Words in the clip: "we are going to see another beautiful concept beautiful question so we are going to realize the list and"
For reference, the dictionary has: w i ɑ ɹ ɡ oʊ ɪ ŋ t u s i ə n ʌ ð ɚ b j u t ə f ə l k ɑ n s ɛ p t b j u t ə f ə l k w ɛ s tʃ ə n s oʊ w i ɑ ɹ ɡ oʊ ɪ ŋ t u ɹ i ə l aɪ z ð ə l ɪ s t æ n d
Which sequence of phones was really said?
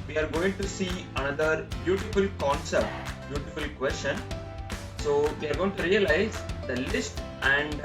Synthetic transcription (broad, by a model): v i ɑ ɹ ɡ oʊ ɪ ŋ t u s i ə n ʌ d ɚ b j u t ə f ə l k ɑ n s ɛ p t b j u t ə f ə l k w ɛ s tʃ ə n s oʊ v i ɑ ɹ ɡ oʊ ɪ ŋ t u ɹ i ə l aɪ z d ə l ɪ s t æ n d